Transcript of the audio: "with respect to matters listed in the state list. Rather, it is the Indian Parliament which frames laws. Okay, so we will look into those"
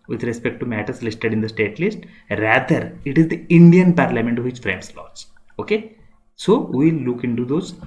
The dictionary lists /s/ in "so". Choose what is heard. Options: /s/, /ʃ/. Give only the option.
/s/